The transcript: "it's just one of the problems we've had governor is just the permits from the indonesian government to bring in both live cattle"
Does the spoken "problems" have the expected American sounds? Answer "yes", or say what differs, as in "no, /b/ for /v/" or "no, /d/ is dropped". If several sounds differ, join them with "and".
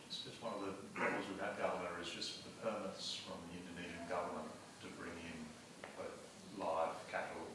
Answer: no, /b/ is dropped